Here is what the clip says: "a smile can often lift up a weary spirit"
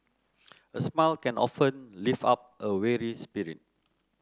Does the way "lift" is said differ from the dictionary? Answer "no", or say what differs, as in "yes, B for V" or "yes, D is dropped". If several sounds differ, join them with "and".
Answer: yes, T is dropped